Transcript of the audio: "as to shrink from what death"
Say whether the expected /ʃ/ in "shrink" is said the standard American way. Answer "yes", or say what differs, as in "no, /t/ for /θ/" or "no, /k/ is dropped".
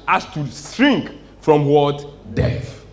no, /s/ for /ʃ/